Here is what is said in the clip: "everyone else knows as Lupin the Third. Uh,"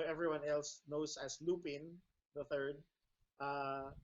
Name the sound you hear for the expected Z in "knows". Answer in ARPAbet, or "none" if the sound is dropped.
S